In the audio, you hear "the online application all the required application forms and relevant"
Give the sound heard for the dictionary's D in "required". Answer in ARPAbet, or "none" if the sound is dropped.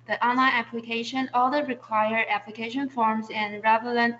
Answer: none